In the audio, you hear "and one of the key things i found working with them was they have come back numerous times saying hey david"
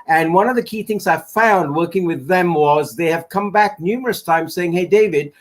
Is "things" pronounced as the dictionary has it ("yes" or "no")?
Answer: yes